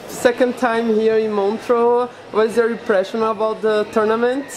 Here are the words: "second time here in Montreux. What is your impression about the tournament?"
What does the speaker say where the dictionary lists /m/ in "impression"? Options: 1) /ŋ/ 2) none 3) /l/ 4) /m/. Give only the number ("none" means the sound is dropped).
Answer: 2